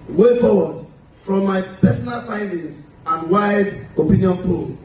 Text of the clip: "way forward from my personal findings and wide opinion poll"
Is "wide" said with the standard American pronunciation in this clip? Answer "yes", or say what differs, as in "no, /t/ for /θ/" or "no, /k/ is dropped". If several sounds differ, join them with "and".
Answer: yes